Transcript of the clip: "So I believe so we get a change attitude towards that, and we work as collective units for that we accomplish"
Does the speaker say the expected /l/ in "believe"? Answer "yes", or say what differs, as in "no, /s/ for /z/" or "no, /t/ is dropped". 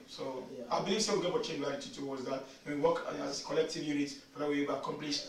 no, /l/ is dropped